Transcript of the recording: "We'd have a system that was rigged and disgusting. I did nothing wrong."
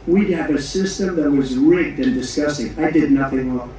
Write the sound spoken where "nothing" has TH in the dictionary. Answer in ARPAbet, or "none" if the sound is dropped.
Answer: TH